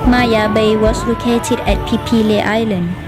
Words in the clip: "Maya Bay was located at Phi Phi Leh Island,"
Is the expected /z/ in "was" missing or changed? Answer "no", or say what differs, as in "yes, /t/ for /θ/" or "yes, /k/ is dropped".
yes, /s/ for /z/